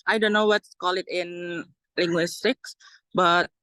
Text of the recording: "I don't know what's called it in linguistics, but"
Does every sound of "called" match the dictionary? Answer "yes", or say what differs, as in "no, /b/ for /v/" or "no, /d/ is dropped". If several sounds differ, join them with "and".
no, /d/ is dropped